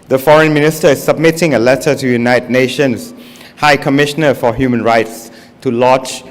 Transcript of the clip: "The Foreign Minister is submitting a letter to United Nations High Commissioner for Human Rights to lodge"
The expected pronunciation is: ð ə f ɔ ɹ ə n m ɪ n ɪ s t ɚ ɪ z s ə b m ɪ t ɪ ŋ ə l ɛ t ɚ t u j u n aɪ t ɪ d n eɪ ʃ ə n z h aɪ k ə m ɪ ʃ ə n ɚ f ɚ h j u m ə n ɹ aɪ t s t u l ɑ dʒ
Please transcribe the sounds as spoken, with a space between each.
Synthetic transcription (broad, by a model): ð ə f ɔ ɹ ə n m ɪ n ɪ s t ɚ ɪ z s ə b m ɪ t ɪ ŋ ə l ɛ t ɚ t u j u n aɪ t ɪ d n eɪ ʃ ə n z h aɪ k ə m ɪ ʃ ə n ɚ f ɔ h j u m ə n ɹ aɪ t s t u l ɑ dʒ